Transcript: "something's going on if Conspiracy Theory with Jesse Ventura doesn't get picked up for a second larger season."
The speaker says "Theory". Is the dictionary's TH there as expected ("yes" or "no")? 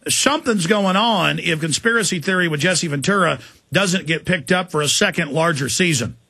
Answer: yes